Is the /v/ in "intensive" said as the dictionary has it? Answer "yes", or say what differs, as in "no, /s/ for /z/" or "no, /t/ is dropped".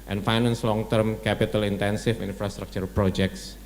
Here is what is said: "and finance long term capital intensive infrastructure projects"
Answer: no, /f/ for /v/